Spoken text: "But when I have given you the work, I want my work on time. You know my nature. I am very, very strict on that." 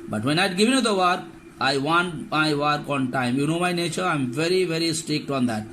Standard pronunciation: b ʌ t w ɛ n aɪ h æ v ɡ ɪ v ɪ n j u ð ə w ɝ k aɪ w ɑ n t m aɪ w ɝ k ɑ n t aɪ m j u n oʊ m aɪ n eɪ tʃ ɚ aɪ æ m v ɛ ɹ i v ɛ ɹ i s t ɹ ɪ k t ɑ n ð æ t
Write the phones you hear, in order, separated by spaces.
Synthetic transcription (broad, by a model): b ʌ t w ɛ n aɪ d ɡ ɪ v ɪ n j u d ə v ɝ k aɪ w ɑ n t m aɪ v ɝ k ɑ n t aɪ m j u n oʊ m aɪ n eɪ tʃ ɚ aɪ m v ɛ ɹ i v ɛ ɹ i s t ɹ ɪ k t ɑ n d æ t